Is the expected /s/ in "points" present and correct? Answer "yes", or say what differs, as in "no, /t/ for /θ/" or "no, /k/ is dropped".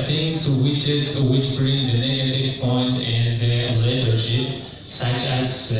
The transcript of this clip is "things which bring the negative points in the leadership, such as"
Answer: no, /s/ is dropped